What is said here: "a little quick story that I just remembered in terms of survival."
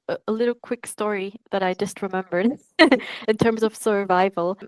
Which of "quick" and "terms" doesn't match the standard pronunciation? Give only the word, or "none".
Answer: none